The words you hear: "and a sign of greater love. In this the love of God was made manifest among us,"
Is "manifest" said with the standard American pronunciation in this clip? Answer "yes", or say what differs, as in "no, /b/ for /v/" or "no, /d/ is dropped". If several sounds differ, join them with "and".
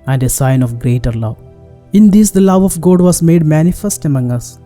yes